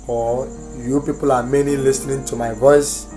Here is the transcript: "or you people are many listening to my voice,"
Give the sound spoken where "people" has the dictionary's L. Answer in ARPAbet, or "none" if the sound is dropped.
L